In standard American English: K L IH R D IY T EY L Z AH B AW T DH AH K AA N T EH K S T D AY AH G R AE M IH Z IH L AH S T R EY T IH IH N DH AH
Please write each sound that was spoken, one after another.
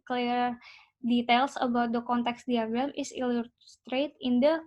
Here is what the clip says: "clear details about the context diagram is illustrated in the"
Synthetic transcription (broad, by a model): K L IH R D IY T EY L S AH B AW T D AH K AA N T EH K S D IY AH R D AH M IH S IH L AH S T R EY T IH IH N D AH